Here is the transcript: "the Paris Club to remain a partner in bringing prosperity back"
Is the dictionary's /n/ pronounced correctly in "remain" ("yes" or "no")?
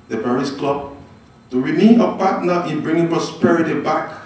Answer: no